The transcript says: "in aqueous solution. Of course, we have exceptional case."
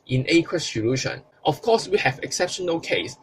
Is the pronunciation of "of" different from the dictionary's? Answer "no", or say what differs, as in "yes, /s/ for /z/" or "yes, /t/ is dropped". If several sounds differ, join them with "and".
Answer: yes, /f/ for /v/